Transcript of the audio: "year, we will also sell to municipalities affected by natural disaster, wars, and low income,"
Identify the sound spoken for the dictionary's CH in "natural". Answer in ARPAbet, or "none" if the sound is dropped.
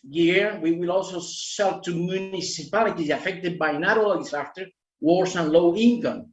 none